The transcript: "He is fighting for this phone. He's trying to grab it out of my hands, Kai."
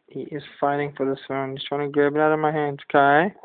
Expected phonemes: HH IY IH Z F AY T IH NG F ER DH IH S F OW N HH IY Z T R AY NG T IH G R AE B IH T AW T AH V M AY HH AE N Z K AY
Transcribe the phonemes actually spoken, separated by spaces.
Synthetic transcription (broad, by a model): HH IY IH Z F AY T IH NG F ER DH IH S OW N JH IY S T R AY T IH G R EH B IH T AW T AH V M AY HH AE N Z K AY